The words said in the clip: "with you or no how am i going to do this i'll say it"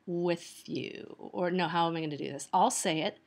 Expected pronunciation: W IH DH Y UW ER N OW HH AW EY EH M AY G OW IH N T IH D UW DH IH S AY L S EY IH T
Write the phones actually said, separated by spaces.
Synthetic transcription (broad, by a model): W IH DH Y UW ER N OW HH AW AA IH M AY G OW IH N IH D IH DH IH S AY L S EY IH T